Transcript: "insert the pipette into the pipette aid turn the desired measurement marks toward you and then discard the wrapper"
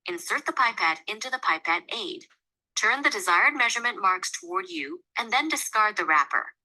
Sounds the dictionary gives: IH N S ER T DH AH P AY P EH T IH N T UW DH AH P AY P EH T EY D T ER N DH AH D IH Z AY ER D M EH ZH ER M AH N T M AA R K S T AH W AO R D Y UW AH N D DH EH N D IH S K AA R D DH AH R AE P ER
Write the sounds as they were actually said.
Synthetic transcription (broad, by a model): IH N S ER T DH AH P AY P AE T IH N T UW DH AH P AY P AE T EY D T ER N DH AH D IH Z AY ER D M EH ZH ER M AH N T M AA R K S T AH W AO R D Y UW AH N DH EH N D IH S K AA R D DH AH R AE P ER